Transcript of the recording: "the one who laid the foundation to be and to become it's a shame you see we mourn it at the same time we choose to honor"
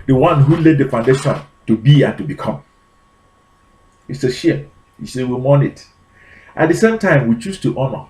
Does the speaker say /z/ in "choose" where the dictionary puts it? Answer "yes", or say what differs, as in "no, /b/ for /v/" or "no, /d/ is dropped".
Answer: no, /s/ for /z/